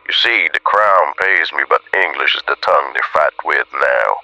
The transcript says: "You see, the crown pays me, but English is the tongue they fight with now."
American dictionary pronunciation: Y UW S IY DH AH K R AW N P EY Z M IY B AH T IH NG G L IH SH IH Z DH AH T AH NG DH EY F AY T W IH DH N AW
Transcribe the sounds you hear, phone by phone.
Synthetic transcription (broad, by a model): Y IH S IY DH AH K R AW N P EY Z M IY B AH T IH NG G L IH SH IH Z DH AH T AH NG DH EY F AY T W IH DH N AW